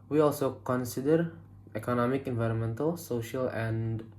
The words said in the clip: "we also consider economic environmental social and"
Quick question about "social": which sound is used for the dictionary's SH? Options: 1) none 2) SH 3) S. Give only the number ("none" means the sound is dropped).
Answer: 2